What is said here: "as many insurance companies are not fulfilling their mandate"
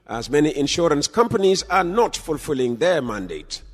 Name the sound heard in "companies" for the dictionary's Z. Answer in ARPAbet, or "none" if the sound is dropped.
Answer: Z